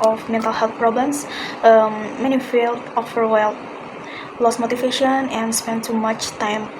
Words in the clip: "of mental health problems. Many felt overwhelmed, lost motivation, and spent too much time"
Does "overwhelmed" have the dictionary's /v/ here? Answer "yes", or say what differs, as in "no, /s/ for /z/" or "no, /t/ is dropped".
no, /f/ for /v/